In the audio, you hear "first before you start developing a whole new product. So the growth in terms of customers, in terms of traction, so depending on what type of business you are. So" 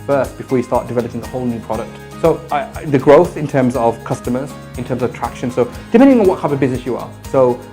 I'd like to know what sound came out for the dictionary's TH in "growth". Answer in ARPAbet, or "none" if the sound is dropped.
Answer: TH